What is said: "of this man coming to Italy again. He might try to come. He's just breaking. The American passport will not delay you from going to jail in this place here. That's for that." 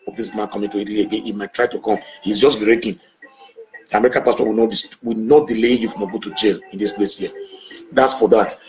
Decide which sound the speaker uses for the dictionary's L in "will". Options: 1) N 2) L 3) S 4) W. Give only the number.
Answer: 4